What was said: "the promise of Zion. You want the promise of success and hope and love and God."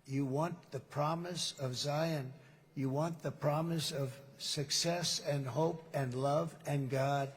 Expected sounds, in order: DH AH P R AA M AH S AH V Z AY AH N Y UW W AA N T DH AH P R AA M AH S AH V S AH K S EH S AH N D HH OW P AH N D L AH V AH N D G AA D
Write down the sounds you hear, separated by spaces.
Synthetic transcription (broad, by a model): DH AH P R AA M AH S AH V Z AY AH N Y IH W AA N DH AH P R AA M AH S AH V S AH K S EH S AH N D HH OW P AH N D L AH V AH N G AA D